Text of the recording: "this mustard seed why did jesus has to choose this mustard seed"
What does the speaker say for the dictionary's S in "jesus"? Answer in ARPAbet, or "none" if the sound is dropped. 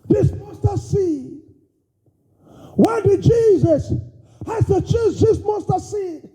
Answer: S